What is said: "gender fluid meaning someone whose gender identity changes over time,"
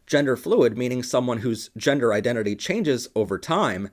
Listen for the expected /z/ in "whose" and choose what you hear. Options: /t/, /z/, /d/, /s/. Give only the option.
/z/